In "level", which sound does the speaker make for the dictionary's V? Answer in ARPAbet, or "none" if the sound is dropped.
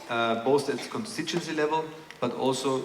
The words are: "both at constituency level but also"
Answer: V